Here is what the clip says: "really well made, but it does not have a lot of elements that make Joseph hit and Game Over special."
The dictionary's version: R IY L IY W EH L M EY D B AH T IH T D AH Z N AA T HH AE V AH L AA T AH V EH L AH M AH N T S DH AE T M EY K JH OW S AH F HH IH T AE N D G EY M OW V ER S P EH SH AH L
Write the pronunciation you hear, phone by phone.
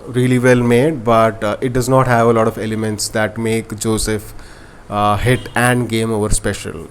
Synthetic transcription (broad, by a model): R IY L IY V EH L M EY D B AH T IH T D AH Z N AA T HH AE V AH L AA T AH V EH L AH M AH N T S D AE T M EY K JH OW S AH F HH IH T AE N D G EY M OW V ER S P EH SH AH L